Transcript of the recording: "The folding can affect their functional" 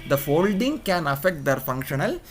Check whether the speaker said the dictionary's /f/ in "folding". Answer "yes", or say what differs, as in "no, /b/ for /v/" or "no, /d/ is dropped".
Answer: yes